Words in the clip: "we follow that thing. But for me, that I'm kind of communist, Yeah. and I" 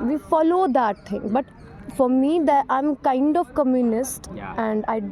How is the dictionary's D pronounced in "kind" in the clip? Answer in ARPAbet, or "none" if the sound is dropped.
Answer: D